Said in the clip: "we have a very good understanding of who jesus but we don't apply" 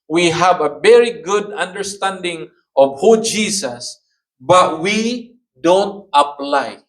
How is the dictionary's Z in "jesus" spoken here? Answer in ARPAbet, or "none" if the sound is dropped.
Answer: S